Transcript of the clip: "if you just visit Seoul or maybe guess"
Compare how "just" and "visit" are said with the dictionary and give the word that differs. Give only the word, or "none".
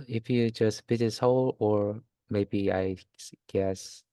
visit